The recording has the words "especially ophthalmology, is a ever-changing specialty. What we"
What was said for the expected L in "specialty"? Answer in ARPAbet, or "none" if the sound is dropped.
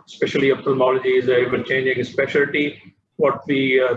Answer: L